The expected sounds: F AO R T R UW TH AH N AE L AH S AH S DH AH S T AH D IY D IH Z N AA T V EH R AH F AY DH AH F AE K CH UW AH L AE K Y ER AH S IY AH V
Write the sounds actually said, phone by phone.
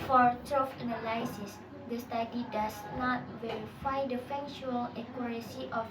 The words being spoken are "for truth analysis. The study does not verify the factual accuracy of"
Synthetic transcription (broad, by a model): F AO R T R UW F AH N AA L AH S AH S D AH S T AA D IY D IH S N AA T V EH R AH F AY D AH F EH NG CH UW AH L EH K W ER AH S IY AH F